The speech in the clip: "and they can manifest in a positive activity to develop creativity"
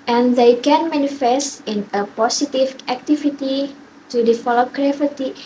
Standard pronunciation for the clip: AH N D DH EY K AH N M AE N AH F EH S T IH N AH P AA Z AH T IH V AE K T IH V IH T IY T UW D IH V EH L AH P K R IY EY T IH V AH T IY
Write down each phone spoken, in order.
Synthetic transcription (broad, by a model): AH N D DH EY K AH N M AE N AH F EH S T IH N AH P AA S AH T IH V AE K T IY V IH T IY T UW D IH F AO L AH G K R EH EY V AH T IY